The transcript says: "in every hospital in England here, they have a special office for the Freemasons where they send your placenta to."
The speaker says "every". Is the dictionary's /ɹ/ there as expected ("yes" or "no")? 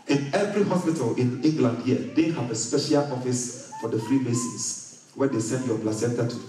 yes